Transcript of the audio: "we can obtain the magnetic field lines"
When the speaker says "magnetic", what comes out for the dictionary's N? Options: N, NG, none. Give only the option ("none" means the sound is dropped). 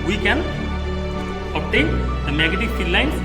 none